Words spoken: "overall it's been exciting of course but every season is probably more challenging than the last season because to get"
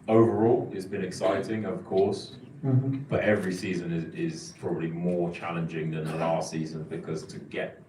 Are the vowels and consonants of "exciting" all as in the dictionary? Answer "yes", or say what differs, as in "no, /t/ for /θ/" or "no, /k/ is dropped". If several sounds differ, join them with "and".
yes